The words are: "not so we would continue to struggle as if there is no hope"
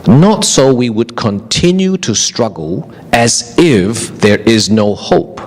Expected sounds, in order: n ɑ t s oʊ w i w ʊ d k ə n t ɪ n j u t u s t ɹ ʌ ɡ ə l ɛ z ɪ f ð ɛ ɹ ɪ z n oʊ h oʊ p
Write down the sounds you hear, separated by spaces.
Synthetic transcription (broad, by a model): n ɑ t s oʊ w i w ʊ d k ə n t ɪ n j u t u s t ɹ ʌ ɡ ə l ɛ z ɪ f ð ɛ ɹ ɪ z n oʊ h oʊ p